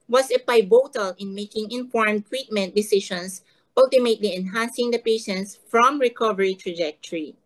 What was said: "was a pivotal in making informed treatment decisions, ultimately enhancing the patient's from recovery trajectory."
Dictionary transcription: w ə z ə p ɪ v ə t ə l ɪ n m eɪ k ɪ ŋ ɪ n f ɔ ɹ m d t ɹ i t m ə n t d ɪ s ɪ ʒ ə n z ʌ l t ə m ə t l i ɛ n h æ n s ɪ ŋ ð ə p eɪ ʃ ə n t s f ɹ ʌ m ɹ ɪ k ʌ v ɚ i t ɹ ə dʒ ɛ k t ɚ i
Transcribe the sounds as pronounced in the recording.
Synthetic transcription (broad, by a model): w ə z ə b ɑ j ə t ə l ɪ n m eɪ k ɪ ŋ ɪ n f ɔ ɹ m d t w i t m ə n t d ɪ s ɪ ʃ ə n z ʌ l t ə m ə t l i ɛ n h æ n s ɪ ŋ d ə p eɪ ʃ ə n t s f ɹ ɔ m ɹ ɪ k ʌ v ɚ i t ɹ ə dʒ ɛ k t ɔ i